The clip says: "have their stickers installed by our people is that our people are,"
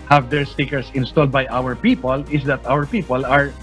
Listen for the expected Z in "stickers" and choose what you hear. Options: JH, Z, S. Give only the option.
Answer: S